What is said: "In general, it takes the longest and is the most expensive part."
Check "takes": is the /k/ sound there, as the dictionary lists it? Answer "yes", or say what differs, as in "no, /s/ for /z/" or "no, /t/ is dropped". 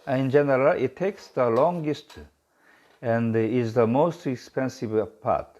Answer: yes